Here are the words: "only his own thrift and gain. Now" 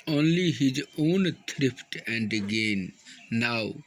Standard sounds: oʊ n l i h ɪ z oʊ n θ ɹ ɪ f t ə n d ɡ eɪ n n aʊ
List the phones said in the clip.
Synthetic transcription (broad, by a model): oʊ n l i h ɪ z oʊ n t ɹ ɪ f t ə n d ɡ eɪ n n aʊ